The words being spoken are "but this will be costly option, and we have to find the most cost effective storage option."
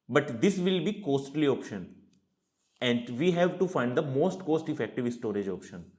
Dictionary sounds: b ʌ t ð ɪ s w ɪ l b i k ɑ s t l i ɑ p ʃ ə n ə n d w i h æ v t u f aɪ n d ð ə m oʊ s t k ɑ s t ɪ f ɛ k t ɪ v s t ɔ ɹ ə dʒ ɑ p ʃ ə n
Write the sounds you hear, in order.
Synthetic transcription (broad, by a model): b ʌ t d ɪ s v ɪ l b i k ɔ s t l i ɑ p ʃ ə n ə n d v i h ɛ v t u f aɪ n d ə m oʊ s t k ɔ s t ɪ f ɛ k t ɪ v s t ɔ ɹ ə dʒ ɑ p ʃ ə n